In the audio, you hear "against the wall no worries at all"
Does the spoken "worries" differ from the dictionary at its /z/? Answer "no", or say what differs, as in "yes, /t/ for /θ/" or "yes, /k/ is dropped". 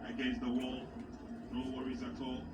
no